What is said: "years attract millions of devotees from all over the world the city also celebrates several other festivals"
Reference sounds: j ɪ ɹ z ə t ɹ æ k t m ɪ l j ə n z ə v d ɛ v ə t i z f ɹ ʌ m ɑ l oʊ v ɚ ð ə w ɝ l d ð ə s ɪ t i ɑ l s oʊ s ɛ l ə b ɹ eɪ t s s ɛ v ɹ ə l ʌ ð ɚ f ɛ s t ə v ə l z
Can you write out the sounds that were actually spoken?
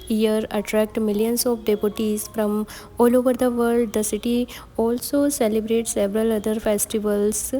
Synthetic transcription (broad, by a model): j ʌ ɹ ə t ɹ æ k t m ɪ l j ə n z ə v d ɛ p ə t i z f ɹ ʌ m ɑ l oʊ v ɚ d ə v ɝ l d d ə s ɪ t i ɑ l s oʊ s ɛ l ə b ɹ eɪ t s s ɛ v ɹ ə l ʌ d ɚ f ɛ s t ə v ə l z